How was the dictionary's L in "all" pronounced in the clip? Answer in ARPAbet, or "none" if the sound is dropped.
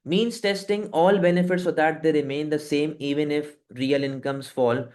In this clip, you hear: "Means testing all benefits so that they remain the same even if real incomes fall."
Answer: L